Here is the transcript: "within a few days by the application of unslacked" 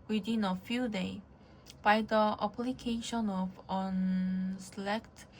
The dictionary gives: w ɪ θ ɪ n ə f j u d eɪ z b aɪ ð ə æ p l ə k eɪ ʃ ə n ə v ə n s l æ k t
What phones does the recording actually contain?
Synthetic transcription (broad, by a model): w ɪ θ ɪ n ə f j u d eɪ b aɪ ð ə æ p l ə k eɪ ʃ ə n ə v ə n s l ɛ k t